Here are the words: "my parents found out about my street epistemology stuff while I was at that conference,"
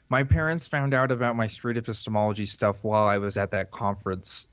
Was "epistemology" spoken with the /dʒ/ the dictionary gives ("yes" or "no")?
yes